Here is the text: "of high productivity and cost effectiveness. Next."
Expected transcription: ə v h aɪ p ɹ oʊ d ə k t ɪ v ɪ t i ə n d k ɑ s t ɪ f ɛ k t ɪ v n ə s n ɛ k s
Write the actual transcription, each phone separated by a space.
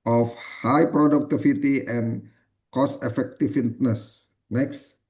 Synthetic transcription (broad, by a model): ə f h aɪ p ɹ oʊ d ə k t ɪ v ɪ t i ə n k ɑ s ɪ f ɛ k t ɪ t n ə s n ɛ k s